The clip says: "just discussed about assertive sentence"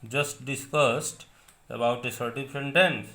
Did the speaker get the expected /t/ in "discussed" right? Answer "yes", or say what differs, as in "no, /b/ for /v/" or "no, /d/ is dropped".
yes